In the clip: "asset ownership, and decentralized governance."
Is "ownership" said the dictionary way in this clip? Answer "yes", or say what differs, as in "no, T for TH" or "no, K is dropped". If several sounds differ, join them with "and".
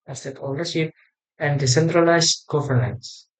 no, L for N